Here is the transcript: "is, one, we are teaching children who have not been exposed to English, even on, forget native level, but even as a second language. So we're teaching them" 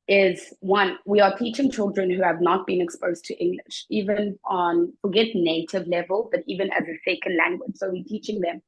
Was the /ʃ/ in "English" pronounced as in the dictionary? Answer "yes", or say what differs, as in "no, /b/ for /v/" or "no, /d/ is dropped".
yes